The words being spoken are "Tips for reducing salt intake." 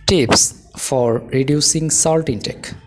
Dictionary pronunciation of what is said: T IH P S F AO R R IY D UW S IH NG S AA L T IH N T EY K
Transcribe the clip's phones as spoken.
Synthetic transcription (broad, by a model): T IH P S F AO R R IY D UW S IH NG S AA L T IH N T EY K